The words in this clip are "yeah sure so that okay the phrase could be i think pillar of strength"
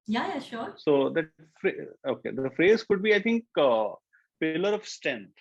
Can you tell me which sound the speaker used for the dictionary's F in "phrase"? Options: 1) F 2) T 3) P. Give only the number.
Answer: 1